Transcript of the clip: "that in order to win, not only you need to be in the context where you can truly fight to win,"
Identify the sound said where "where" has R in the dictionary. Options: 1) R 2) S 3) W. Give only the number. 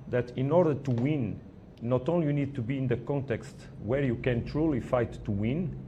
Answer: 1